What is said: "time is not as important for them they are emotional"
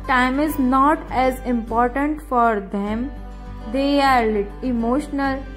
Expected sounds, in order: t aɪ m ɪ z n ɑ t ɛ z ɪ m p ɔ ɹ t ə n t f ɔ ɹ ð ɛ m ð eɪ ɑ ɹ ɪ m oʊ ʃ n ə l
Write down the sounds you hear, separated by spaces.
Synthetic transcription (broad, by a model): t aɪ m ɪ z n ɑ t ɛ z ɪ m p ɔ ɹ t ə n t f ɔ ɹ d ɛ m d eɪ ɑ ɹ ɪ m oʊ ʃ n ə l